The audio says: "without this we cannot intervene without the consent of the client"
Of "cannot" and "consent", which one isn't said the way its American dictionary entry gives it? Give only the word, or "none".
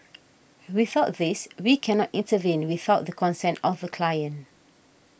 none